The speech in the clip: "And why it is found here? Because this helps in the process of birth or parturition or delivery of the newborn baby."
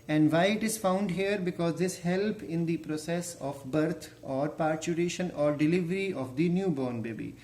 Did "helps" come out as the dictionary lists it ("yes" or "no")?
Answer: no